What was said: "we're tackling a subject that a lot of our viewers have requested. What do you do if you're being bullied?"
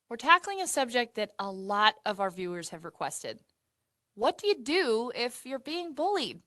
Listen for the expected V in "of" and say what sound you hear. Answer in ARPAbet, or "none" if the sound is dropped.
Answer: V